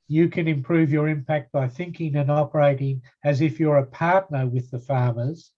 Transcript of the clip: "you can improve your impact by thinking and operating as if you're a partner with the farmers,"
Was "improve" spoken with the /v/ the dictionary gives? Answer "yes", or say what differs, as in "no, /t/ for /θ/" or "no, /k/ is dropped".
yes